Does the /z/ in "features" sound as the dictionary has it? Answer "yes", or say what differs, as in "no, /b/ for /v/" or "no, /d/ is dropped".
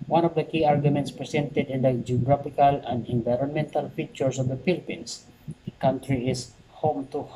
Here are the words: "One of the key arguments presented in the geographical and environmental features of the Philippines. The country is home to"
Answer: no, /s/ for /z/